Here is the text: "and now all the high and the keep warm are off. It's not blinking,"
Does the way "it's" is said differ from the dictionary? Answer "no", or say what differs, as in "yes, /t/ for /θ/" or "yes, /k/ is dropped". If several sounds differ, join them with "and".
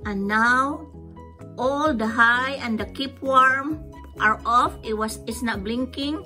yes, /s/ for /t/